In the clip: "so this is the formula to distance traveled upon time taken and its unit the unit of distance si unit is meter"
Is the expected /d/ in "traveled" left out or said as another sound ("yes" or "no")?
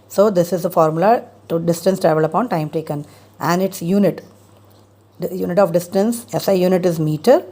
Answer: yes